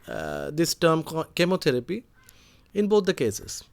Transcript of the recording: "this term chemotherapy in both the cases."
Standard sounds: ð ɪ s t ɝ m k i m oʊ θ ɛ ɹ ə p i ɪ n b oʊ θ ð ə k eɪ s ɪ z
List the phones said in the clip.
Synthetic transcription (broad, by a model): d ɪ s t ɝ m k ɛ m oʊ t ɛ ɹ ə p i ɪ n b oʊ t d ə k eɪ s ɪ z